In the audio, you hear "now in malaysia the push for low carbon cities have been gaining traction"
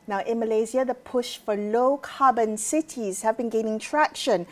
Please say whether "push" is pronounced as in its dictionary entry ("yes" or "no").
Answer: yes